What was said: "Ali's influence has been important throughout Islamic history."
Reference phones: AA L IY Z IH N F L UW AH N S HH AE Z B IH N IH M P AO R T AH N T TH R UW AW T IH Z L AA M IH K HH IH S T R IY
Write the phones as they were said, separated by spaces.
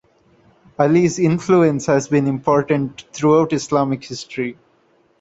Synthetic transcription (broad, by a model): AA L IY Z IH N F L UW AH N S HH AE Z B IH N IH M P AO R T AH N T T R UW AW T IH S L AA M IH K HH IH S T R IY